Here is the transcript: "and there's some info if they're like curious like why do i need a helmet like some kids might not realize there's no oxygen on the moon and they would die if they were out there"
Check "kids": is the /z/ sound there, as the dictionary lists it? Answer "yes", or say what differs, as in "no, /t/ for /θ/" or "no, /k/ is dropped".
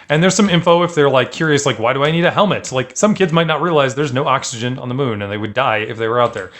yes